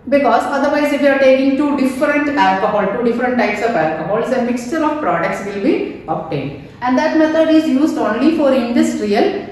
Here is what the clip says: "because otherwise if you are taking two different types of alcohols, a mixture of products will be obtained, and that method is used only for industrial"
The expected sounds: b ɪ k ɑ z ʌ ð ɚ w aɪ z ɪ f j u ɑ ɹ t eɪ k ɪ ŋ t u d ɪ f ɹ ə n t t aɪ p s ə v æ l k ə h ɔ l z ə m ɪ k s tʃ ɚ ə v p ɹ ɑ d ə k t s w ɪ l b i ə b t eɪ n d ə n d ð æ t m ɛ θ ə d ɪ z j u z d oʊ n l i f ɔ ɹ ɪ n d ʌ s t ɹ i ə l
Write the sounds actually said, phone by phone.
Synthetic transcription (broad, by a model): b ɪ k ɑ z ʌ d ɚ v aɪ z ɪ f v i ɑ ɹ t eɪ k ɪ ŋ t u d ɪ f ɹ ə n t t aɪ p s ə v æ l k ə h ɔ l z ə m ɪ k s tʃ ɚ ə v p ɹ ɑ d ə k t s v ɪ l b i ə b t eɪ n d ə n d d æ t m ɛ t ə d ɪ z j u z d oʊ n l i f ɔ ɹ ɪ n d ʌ s t ɹ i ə l